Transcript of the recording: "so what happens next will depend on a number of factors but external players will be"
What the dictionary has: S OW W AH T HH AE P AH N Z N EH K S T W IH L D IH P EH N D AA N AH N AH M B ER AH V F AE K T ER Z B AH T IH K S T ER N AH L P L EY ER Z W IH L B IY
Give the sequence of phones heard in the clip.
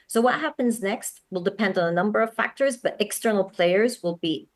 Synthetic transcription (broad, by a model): S OW W AH T HH AE P AH N Z N EH K S T W IH L D IH P EH N D N AH N AH M B ER AH V F AE K T ER Z B AH T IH K S T ER N L P L EY ER Z W IH L B IY